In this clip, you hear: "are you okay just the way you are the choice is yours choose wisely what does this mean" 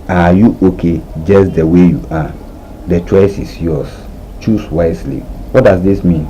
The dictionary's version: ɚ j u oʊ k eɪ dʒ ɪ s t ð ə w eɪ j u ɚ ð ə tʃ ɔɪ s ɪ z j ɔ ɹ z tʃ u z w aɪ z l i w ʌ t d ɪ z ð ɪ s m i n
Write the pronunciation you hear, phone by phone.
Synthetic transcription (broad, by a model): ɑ j u oʊ k eɪ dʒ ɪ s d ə w eɪ j u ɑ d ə tʃ ɔɪ s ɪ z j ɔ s tʃ u s w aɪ s l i w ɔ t d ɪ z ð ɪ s m i n